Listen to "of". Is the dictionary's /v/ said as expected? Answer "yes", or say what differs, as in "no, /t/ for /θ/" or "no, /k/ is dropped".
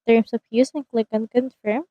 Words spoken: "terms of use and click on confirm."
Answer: no, /p/ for /v/